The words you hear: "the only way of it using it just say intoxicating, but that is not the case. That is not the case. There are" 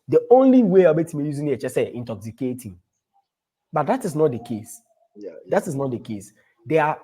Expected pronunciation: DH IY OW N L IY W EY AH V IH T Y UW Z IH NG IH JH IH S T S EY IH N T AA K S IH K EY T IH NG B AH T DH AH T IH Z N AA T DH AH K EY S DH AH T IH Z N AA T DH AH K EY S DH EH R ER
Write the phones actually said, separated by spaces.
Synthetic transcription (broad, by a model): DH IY OW N L IY W EY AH B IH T Y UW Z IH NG IH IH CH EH S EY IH N T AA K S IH K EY T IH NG B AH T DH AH T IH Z N AA T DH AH K EY S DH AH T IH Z N AA T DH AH K EY S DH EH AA